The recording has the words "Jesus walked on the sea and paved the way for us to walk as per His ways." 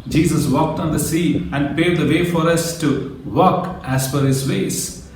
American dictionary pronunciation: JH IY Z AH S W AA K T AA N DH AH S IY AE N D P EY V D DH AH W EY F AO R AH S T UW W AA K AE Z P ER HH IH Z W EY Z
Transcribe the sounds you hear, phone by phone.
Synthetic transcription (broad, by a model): JH IY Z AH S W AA K T AA N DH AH S IY AE N D P EY D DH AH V EY F AO R AH S T UW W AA K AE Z F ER HH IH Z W EY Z